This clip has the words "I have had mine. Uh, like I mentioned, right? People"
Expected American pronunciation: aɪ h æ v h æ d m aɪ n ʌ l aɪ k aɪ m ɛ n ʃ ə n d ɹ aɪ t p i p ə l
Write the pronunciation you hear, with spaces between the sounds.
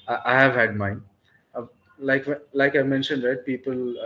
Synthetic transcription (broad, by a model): aɪ h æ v h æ d m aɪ l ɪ l aɪ k aɪ m ɛ n ʃ ə n d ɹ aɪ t p i p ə l